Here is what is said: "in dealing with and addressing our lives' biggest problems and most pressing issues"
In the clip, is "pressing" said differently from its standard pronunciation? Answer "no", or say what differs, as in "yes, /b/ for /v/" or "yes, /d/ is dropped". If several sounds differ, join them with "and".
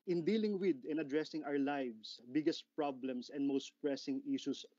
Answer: no